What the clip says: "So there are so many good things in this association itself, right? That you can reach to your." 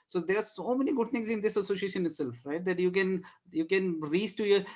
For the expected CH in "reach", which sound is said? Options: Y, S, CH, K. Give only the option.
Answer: S